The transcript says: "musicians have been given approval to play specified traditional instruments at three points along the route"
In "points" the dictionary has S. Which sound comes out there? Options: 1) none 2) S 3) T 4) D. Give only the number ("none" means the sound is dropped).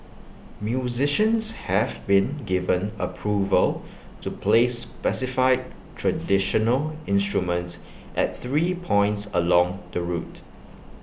2